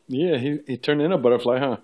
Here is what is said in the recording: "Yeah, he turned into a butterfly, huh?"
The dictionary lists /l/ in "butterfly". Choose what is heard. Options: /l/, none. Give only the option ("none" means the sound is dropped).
/l/